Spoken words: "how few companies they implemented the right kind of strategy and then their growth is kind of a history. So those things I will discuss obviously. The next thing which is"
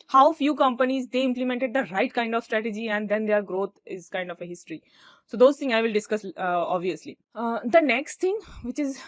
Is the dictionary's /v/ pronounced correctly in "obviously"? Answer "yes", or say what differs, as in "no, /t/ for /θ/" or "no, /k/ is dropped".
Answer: yes